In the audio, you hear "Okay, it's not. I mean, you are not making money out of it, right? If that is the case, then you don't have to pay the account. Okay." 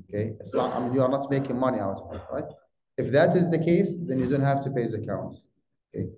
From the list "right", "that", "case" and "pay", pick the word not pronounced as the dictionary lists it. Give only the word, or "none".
none